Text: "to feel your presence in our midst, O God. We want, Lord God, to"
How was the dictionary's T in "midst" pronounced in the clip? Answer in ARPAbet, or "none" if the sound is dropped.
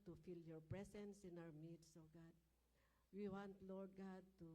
none